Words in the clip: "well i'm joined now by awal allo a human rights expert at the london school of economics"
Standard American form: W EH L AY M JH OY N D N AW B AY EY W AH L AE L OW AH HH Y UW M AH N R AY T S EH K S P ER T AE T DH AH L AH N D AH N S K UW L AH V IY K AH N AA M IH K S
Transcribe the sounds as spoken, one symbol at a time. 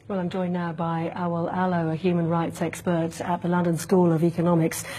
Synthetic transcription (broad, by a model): W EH L AY M JH OY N N AW B AY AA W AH L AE L OW AH HH Y UW M AH N R AY T S EH K S P ER T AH T DH AH L AH N D AH N S K UW L AH V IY K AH N AA M IH K S